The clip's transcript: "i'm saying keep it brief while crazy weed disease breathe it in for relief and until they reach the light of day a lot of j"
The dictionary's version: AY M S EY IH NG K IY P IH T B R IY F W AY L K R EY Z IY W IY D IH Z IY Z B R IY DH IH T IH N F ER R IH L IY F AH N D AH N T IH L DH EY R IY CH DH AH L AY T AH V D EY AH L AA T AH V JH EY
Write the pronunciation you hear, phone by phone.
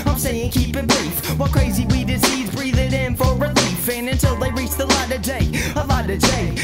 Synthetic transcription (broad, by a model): AY M S EY IH NG K IY P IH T B R IY F W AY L K R EY Z IY W IY D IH S IY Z B R IY DH IH T IH N F ER R IH L IY F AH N AH N T IH L DH EY R IY CH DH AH L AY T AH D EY AH L AA T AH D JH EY